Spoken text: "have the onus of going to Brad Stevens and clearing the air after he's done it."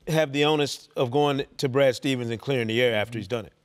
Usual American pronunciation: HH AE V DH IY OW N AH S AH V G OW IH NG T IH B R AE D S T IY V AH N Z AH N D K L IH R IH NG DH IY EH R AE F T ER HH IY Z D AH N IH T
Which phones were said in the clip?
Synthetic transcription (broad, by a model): HH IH V DH IY OW N AH S AH V G OW IH NG T IH B R AE D S T IY V AH N Z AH N K L IH R IH NG DH IY EH R AE F T ER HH IY Z D AH N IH T